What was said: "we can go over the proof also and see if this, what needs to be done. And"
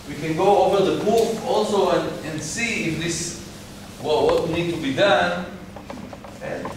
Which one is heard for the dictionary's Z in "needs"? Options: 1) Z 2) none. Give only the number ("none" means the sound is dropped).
2